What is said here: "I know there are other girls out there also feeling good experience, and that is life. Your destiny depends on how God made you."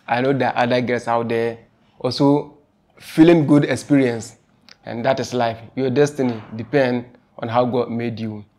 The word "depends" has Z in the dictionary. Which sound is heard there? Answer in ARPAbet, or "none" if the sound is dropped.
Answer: none